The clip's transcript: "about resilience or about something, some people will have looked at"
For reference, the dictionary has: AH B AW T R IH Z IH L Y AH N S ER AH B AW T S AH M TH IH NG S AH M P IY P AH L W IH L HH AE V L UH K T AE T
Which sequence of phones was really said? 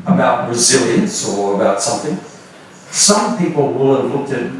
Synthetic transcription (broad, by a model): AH B AW T R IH Z IH L Y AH N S ER AH B AW T S AH M TH IH NG S AH M P IY P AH L W IH L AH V L UH K T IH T